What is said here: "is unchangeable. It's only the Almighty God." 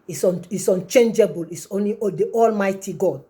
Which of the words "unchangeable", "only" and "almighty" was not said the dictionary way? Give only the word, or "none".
none